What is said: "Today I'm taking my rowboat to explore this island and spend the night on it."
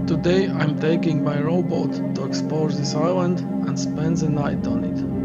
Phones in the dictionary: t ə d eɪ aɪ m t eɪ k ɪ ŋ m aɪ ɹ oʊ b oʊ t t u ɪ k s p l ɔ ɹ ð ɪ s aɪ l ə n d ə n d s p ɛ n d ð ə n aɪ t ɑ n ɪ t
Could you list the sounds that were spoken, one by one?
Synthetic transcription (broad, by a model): t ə d eɪ aɪ m t eɪ k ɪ ŋ m aɪ ɹ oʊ b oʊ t t u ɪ k s p ɔ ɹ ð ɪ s aɪ l ə n d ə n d s p ɛ n d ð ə n aɪ t ɑ n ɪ t